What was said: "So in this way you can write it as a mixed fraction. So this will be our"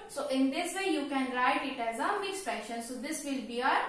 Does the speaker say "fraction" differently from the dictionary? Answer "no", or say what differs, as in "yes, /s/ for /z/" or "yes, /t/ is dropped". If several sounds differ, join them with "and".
yes, /ɹ/ is dropped